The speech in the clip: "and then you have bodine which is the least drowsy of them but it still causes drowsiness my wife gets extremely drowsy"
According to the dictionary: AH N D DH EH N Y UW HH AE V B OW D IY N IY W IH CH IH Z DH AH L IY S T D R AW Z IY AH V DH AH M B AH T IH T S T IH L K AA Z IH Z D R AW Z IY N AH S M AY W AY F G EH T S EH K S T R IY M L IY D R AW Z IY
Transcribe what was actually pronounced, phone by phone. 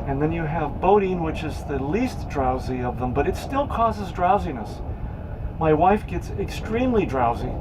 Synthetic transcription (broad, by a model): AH N DH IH N Y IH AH V B OW D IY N W IH CH IH Z DH AH L IY S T D R AW Z IY AH V DH AH M B AH T IH T S T IH L K AA Z IH Z D R AW Z IY N AH S M AY W AY F G EH T S EH K S T R IY M L IY D R AW Z IY